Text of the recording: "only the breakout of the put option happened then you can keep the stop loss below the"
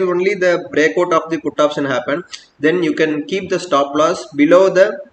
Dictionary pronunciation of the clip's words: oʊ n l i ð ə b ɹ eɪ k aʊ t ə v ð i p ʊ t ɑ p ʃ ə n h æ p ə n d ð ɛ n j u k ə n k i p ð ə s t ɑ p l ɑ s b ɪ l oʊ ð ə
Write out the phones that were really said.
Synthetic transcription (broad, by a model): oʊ n l i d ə b ɹ eɪ k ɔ t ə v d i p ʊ t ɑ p s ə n h æ p ə n d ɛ n j u k ə n k i p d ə s t ɑ p l ɑ s b ɪ l oʊ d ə